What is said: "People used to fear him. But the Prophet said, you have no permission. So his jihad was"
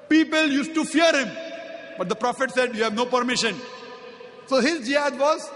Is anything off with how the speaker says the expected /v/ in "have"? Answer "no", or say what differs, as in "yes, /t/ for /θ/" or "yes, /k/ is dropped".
no